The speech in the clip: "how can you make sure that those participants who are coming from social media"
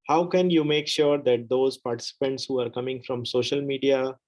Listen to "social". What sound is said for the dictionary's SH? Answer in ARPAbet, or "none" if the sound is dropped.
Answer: SH